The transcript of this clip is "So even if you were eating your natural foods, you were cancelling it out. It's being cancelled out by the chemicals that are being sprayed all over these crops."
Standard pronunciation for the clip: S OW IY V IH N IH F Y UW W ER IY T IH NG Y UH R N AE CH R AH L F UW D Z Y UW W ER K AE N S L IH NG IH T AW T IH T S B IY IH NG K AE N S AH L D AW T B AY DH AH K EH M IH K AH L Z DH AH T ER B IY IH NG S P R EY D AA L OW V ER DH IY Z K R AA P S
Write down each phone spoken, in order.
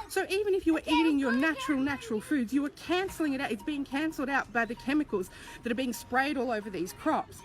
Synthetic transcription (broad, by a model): S OW IY V IH N IH F Y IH W ER IY T IH NG Y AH R N AE CH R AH L F UW D Z Y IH W ER K AE N S L IH NG IH T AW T IH T S B IY IH NG K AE N S L D AW T B AY DH AH K EH M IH K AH L Z DH AH T ER B IY IH NG S P R EY D AA L OW V ER DH IY Z K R AA P S